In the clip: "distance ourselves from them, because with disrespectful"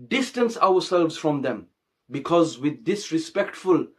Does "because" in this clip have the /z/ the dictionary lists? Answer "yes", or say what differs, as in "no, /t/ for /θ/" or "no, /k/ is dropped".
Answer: yes